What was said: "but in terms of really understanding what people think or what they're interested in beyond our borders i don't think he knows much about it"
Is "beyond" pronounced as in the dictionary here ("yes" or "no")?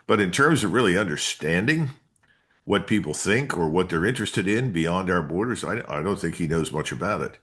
yes